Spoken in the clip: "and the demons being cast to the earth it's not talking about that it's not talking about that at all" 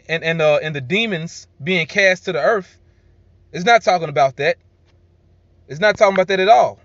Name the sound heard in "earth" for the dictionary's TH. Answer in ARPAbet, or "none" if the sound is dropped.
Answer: TH